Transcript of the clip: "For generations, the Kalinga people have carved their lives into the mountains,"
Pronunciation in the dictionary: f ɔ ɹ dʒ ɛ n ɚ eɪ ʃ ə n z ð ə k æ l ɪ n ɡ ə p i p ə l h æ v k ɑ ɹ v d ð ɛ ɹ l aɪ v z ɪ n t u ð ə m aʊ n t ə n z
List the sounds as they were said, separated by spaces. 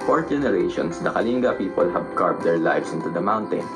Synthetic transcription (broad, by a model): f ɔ ɹ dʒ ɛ n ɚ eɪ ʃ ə n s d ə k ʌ l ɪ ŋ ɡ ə p i p ə l h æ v k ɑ ɹ p d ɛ ɹ l aɪ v s ɪ n t u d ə m aʊ n t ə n